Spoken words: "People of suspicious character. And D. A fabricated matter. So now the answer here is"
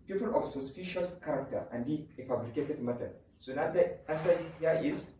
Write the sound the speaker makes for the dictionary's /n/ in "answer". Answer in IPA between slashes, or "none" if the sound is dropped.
none